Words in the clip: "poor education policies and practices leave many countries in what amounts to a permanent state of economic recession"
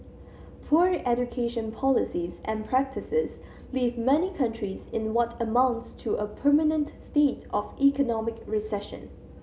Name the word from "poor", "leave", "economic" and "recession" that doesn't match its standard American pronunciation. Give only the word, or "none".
none